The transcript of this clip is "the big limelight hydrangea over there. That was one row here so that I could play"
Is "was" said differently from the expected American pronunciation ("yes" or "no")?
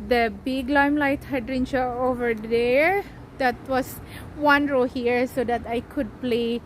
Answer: yes